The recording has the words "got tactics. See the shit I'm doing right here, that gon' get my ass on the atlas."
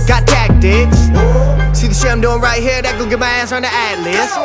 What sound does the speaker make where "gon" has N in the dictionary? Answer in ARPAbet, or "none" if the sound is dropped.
L